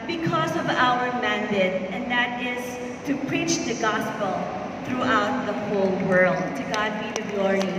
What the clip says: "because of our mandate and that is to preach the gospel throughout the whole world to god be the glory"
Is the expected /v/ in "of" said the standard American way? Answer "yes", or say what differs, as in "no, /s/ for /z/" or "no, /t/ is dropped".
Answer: yes